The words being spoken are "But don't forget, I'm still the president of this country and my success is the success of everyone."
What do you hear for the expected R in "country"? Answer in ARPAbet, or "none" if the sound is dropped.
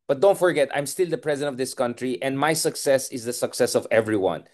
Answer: R